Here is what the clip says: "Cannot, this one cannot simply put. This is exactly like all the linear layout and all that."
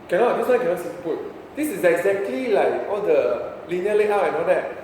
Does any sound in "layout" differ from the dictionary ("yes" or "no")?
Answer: yes